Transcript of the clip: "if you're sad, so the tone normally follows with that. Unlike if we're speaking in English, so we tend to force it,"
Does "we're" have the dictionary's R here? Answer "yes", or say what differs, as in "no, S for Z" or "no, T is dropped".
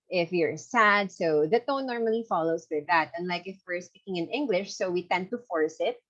yes